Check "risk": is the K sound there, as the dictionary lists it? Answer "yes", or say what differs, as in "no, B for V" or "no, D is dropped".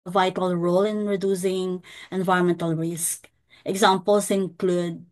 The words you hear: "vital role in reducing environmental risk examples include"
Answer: yes